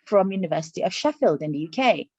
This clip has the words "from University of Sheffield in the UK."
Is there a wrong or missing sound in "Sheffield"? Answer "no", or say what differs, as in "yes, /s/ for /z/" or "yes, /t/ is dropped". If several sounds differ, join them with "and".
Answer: no